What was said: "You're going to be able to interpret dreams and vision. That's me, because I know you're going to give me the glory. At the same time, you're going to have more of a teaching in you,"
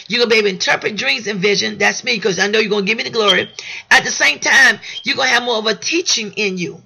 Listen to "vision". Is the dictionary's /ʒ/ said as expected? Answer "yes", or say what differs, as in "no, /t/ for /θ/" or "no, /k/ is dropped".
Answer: yes